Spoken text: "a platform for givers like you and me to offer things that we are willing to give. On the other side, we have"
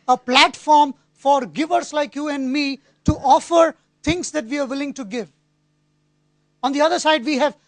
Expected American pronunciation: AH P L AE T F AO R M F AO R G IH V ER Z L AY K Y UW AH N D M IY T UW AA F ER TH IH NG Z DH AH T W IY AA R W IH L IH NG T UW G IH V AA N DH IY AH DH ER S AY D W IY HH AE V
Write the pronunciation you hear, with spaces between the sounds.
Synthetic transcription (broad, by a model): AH P L AE T F AO R M F AO R G IH V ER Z L AY K Y UW AH N D M IY T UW AA F ER T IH NG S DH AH T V IY AA R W IH L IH NG T UW G IH V AA N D IY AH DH ER S AY D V IY HH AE V